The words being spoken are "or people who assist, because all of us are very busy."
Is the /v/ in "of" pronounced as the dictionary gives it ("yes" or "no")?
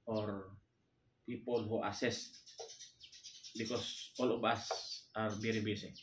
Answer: no